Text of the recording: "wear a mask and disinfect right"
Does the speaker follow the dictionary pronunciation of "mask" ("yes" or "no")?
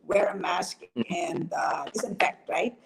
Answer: yes